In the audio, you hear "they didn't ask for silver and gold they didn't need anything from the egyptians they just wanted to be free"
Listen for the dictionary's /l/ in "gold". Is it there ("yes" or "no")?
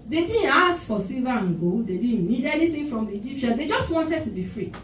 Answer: no